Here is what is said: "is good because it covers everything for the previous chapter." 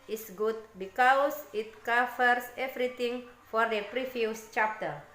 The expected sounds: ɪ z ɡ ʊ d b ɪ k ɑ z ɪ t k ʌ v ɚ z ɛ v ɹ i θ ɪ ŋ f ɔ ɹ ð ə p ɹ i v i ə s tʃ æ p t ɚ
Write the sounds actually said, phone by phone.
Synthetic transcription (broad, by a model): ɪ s ɡ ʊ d b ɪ k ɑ s ɪ t k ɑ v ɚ s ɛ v ɹ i t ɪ ŋ f ɔ ɹ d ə p ɹ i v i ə s tʃ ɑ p t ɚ